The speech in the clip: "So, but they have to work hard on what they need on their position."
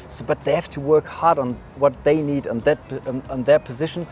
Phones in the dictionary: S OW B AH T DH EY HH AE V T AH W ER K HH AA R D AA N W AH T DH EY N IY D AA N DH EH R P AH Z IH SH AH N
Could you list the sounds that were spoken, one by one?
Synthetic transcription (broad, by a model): S OW B AH T DH EY HH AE F T AH W ER K HH AA R D N W AH T DH EY N IY D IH N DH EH R P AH Z IH SH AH N